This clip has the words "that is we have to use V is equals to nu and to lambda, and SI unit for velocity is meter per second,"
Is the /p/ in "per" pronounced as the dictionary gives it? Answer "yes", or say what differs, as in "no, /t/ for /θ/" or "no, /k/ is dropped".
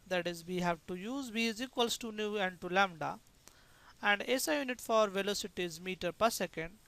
yes